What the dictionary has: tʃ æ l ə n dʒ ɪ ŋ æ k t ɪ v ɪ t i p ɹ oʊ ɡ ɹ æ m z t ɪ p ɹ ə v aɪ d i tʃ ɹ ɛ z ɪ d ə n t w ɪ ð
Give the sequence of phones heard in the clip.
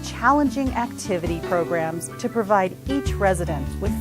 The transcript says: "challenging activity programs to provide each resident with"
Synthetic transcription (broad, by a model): tʃ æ l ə n dʒ ɪ ŋ æ k t ɪ v ɪ t i p ɹ oʊ ɡ ɹ æ m z t ɪ p ɹ ə v aɪ d i tʃ ɹ ɛ z ɪ d ə n t w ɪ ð